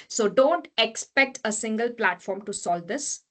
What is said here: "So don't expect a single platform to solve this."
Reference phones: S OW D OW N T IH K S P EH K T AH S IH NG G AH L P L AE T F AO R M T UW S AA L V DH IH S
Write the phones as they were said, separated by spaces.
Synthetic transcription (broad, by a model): S OW D OW N T IH K S P EH K T AH S IH NG G AH L P L AE T F AO R M T UW S AA L V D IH S